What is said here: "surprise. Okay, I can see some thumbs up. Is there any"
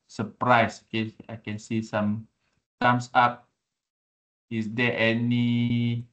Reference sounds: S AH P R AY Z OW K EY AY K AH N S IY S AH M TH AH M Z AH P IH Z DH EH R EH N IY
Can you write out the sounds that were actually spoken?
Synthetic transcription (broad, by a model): S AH P R AY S OW K EY AY K AH N S IY S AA M S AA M S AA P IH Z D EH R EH N IY